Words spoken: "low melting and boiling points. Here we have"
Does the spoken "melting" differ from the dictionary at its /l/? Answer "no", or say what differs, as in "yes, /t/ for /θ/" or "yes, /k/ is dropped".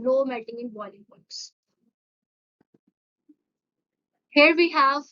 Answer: yes, /l/ is dropped